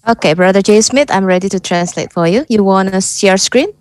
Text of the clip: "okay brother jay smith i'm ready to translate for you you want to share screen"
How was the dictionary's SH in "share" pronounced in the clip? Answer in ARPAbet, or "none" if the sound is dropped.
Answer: S